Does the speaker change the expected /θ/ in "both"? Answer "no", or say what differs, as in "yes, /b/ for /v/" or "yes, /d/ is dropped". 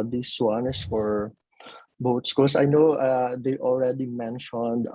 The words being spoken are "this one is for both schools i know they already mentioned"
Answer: yes, /t/ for /θ/